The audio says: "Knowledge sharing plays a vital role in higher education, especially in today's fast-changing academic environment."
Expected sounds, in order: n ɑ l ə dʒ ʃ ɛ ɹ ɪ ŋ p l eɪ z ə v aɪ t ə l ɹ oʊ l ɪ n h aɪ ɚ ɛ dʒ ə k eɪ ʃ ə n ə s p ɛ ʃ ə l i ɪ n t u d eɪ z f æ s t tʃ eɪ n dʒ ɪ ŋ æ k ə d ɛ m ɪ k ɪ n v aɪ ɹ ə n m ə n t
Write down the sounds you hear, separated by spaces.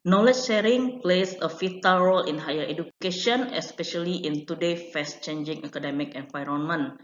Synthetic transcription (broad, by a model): n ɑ l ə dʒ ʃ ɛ ɹ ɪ ŋ p l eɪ s ə f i t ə l ɹ oʊ l ɪ n h aɪ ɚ ɛ dʒ ə k eɪ ʃ ə n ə s p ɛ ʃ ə l i ɪ n t u d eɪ f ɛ s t tʃ eɪ n dʒ ɪ ŋ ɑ k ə d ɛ m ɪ k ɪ n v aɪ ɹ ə n m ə n